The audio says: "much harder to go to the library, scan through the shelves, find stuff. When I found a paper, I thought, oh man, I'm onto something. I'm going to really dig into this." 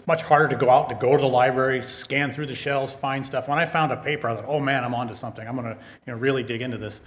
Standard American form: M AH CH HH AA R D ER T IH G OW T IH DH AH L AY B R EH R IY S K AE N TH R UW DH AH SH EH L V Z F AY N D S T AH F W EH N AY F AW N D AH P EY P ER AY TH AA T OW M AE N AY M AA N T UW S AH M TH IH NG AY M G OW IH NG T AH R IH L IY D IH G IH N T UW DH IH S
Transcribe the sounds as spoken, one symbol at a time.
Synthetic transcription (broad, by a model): M AH CH HH AA R D ER T IH G OW T IH DH AH L AY B R EH R IY S K AE N TH R UW DH AH SH EH L Z F AY N S T AH F W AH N AY F AW N D AH P EY P ER AY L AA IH OW M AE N AY M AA N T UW S AH M TH IH NG AY M G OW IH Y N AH R IH L IY D IH G IH N T UW DH IH S